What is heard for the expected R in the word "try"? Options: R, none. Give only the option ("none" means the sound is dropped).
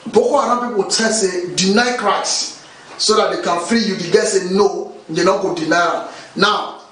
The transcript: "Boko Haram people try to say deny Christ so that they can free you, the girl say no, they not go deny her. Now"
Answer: none